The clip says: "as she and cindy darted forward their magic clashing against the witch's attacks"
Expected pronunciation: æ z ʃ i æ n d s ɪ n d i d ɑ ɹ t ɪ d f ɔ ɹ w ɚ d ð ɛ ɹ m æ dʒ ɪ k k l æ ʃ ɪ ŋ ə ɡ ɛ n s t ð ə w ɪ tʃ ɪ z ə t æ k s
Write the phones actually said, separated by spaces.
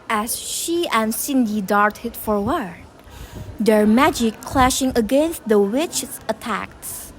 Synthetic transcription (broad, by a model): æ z ʃ i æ n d s ɪ n d i d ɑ ɹ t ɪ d f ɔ ɹ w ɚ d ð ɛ ɹ m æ dʒ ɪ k k l æ ʃ ɪ ŋ ə ɡ ɛ n s t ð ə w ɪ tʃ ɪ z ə t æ k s